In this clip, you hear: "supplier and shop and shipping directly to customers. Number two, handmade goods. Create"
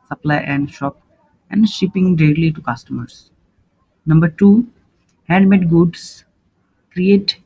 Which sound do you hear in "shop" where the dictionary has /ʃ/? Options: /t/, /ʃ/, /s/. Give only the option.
/ʃ/